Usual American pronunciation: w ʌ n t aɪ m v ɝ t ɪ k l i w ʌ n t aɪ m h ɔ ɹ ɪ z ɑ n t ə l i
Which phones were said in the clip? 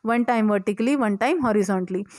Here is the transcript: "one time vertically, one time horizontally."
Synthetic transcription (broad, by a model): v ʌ n t aɪ m v ɝ t ɪ k l i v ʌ n t aɪ m h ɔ ɹ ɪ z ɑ n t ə l i